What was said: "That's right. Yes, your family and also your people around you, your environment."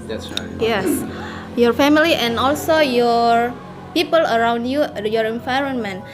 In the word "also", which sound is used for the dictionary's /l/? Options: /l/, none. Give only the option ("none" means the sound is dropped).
/l/